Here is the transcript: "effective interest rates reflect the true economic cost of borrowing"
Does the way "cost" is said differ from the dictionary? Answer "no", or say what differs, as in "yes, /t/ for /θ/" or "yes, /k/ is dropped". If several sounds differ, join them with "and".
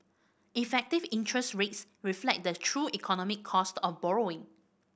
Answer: no